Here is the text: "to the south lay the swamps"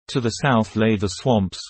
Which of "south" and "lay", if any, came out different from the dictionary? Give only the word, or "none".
none